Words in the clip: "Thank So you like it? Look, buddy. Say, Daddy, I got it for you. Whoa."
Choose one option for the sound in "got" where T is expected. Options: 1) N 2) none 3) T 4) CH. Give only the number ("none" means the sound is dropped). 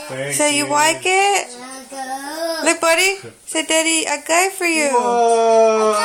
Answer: 2